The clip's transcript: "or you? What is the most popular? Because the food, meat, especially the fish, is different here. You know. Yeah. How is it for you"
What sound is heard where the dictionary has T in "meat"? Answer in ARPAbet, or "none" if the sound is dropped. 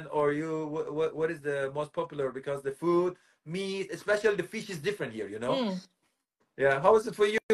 none